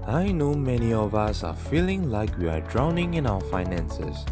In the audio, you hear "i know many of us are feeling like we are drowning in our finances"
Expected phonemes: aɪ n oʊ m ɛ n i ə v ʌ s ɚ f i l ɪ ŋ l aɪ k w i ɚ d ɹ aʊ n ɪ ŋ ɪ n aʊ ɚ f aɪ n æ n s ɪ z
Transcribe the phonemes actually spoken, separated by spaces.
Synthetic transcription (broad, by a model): aɪ n oʊ m ɛ n i ə v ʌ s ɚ f i l ɪ ŋ l aɪ k w i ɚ d ɹ aʊ n ɪ ŋ ɪ n aʊ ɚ f aɪ n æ n s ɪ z